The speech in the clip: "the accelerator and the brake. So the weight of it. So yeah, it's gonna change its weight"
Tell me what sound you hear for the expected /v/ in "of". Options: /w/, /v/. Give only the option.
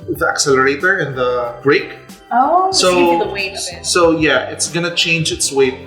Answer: /w/